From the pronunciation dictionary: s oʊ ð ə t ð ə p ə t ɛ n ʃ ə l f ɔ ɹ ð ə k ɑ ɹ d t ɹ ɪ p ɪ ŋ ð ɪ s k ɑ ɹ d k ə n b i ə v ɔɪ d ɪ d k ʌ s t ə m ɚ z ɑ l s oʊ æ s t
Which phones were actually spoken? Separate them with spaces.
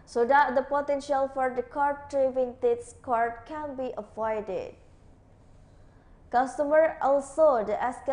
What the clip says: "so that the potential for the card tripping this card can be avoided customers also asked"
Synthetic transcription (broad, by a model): s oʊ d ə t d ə p ə t ɛ n ʃ ə l f ɔ ɹ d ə k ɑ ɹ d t ɹ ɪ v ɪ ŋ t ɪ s k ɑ ɹ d k ə n b i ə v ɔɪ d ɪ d k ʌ s t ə m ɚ ɑ l s oʊ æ s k